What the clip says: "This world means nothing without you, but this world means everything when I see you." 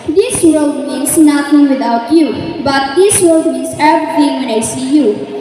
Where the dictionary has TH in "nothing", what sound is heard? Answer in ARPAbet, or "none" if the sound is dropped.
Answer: T